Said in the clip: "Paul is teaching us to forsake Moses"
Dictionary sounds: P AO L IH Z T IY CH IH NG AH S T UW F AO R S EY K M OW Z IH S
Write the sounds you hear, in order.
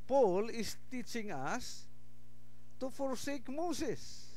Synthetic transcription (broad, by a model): P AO L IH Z T IY CH IH NG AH S T UW F AO R S EY K M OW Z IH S